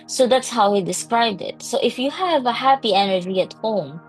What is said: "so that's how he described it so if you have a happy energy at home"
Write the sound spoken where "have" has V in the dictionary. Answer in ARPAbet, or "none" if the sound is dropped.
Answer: V